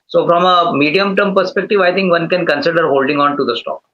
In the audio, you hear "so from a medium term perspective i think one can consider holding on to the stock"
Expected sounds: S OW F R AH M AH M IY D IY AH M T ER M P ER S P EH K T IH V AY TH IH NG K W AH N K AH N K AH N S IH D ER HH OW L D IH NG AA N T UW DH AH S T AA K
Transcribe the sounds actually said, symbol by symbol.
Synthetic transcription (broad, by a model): S OW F R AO M AH M IY D IY AH M T ER M P ER S P EH K T IH V AY T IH NG K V AH N K AH N K AH N S IH D ER HH OW L D IH NG AA N T UW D AH S T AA K